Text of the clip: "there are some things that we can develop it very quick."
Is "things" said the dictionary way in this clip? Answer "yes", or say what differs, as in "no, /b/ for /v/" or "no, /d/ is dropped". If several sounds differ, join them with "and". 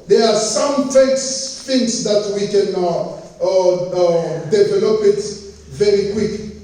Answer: no, /s/ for /θ/ and /s/ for /z/